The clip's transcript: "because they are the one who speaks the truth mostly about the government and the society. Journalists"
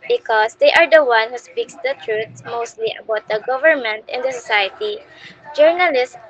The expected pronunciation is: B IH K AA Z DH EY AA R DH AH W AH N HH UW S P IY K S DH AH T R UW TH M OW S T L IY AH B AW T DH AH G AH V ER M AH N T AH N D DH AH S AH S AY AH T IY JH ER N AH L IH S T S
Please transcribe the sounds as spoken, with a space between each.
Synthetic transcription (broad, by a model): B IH K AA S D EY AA R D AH W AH N HH UW S P IY K S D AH T R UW S M OW S T L IY AH B AW T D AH G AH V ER M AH N T AH N D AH S AH S AY AH T IY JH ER N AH L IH S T